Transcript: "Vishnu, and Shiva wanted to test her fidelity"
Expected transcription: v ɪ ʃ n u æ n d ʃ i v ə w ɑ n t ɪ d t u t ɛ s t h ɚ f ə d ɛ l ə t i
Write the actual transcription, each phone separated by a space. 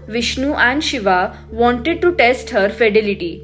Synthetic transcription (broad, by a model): v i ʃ n u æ n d ʃ i v ə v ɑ n t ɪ d t u t ɛ s t h ɚ f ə d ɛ l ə t i